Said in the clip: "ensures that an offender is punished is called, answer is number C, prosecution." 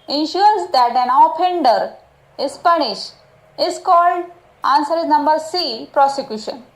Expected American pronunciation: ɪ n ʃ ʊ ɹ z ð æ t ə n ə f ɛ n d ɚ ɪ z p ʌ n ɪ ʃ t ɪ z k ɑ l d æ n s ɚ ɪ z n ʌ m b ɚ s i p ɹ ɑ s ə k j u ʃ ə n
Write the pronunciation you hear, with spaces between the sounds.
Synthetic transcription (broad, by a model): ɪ n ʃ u ɹ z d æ t ə n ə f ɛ n d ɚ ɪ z p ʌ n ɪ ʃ t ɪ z k ɑ l d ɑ n s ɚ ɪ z n ʌ m b ɚ s i p ɹ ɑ s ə k j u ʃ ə n